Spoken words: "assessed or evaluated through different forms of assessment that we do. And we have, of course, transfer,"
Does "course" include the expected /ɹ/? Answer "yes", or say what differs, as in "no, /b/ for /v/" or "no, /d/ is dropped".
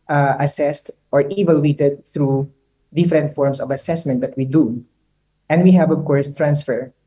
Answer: yes